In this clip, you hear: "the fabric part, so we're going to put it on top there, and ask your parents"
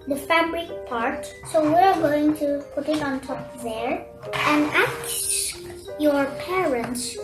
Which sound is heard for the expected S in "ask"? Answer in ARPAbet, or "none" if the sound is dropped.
none